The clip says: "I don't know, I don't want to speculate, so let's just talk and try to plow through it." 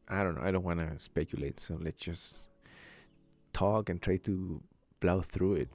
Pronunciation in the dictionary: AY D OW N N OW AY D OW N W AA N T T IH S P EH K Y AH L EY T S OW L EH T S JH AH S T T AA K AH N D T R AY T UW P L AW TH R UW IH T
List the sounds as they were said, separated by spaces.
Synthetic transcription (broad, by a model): AY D OW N N OW AY D OW N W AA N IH S P EH K Y AH L EY T S OW L EH T S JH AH S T T AA K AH N T R AY T UW B L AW TH R UW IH T